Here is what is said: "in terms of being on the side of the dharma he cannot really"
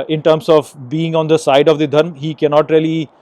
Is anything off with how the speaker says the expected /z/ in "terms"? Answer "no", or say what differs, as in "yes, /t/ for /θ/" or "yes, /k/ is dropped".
yes, /s/ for /z/